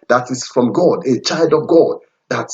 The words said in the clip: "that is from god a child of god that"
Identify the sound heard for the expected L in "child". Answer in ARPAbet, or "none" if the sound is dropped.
L